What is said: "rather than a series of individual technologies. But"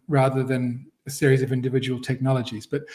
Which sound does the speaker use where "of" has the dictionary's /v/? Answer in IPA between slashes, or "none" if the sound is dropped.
/v/